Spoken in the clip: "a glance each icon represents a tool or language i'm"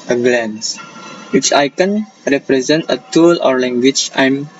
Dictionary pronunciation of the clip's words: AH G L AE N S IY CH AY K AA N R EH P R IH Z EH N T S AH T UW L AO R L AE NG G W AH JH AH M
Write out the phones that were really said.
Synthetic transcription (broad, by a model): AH G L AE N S IY CH AY K AA N R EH P R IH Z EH N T AH T UW L AO R L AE NG G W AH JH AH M